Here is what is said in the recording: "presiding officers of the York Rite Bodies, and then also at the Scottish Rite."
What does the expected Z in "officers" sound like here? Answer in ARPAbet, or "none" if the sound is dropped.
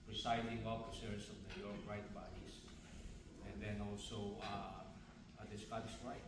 S